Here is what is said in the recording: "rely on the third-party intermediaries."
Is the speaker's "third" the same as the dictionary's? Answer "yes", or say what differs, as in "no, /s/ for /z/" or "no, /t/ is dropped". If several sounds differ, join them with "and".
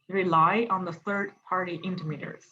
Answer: yes